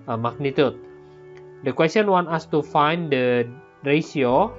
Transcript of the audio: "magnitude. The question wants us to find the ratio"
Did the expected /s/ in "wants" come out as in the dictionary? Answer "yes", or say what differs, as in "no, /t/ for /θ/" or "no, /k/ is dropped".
no, /s/ is dropped